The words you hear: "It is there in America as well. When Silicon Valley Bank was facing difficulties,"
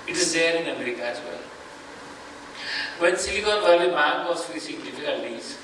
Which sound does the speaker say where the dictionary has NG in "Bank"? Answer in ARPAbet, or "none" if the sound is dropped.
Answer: none